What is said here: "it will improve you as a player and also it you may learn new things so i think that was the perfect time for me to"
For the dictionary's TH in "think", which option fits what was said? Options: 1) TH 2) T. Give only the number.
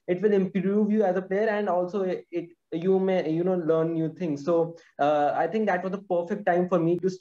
2